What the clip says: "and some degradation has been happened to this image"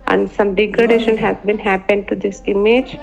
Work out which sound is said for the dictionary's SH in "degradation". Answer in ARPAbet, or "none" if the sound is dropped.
SH